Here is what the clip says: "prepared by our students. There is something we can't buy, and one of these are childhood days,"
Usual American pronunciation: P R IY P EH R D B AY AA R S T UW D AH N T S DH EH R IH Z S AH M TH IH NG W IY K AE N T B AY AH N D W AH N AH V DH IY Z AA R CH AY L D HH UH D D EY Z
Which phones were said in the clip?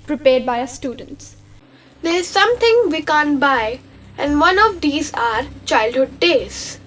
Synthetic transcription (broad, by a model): P R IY P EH R D B AY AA S T UW D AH N T S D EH R IH Z S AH M T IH NG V IY K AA N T B AY AH N D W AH N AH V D IY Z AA R CH AY L D HH UH D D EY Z